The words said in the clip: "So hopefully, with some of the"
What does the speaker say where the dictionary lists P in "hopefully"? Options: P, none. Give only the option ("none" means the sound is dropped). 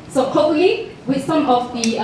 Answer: none